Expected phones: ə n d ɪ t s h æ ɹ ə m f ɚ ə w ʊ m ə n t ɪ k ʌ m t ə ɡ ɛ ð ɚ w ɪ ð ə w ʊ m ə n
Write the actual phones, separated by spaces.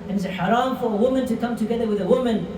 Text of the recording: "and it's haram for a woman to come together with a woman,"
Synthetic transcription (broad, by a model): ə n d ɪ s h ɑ ɹ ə m f ɚ ə w ʊ m ə n t ɪ k ʌ m t ə ɡ ɛ ð ɚ w ɪ ð ə w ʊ m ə n